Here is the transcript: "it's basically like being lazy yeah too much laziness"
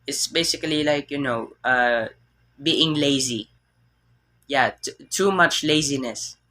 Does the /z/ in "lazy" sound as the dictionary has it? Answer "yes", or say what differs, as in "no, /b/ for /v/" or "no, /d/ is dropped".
yes